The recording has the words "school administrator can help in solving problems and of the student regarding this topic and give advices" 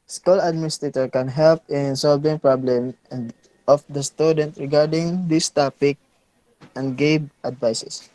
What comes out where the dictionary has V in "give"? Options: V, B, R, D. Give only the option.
B